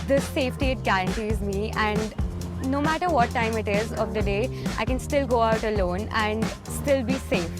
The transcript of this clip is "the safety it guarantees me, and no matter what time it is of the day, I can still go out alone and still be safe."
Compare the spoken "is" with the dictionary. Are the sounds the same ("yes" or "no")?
yes